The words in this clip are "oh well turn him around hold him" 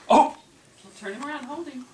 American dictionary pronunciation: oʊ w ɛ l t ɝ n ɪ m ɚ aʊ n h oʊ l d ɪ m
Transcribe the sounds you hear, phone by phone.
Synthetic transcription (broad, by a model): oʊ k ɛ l t ɝ n ɪ m ɚ aʊ n h oʊ l d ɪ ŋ